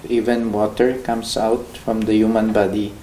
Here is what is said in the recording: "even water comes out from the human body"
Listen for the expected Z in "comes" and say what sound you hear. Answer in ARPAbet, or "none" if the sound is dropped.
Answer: S